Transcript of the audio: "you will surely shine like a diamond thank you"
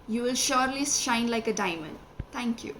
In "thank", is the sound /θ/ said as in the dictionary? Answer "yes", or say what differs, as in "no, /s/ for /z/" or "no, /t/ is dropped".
no, /t/ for /θ/